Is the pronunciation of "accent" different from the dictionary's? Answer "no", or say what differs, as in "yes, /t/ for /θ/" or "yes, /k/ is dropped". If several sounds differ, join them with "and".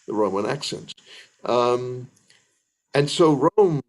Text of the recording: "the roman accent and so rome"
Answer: no